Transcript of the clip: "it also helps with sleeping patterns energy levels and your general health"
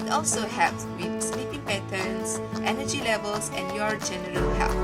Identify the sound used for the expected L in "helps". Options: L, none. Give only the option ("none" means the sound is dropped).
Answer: none